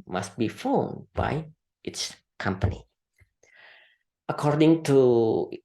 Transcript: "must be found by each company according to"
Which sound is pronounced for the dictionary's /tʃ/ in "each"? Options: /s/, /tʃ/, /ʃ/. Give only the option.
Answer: /s/